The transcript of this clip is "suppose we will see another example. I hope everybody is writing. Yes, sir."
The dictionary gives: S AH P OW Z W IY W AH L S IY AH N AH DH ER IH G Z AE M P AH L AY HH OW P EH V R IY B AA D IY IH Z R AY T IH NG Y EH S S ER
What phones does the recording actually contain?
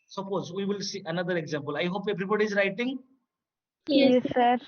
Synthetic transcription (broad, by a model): S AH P OW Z W IY W AH L S IY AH N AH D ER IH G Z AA M P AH L AY HH OW P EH B R IY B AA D IY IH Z R AY T IH NG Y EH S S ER